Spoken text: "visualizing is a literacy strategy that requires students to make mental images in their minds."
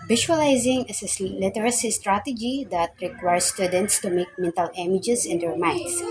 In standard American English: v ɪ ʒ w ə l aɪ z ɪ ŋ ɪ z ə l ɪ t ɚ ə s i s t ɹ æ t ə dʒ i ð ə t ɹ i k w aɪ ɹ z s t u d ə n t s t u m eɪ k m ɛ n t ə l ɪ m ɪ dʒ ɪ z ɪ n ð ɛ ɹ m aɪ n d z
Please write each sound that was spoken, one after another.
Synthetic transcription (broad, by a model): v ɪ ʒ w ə l aɪ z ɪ ŋ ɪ s ə l ɪ t ɚ ə s i s t ɹ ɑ t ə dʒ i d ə t ɹ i k w aɪ ɹ s t u d ə n t s t u m eɪ k m ɛ n t ə l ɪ m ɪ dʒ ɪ s ɪ n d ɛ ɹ m aɪ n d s